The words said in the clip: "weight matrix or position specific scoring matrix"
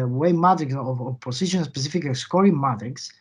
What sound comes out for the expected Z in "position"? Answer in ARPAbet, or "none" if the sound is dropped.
S